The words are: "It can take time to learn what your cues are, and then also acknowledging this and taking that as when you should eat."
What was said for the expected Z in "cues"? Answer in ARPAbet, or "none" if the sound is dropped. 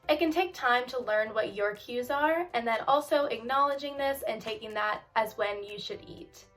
Z